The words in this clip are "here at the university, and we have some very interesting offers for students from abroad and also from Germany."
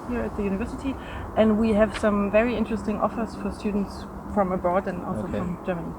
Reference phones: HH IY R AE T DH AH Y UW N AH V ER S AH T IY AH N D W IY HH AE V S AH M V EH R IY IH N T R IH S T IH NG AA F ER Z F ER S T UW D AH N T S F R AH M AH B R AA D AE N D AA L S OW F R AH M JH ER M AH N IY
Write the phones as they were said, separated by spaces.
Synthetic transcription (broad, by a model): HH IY R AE T DH AH Y UW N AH V ER S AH T IY AH N D W IY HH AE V S AH M V EH R IY IH N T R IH S T IH NG AA F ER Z F ER S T UW D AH N T S F R AH M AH B AA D N AA L S OW F R AH M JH ER M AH N IY